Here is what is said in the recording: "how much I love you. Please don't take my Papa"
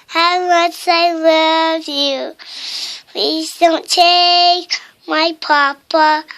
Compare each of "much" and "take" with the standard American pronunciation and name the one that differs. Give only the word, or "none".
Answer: much